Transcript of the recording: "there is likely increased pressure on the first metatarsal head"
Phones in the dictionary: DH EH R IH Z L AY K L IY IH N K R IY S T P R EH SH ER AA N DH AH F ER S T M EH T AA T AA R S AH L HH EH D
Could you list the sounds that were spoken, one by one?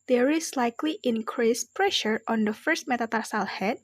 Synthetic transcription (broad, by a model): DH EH R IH S L AY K L IY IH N K R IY S P R EH SH ER AA N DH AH F ER S T M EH T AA T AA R S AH L HH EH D